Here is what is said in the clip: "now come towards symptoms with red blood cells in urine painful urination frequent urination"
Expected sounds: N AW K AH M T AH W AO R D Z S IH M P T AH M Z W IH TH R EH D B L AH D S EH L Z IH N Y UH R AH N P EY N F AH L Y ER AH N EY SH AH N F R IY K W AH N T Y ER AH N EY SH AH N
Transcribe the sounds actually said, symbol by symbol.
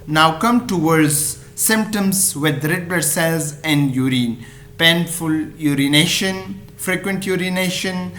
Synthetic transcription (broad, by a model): N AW K AH M T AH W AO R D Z S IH M P T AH M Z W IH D R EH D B AH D S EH L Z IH N Y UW R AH N P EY N F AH L Y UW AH N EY SH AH N F R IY K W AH N T Y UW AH N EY SH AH N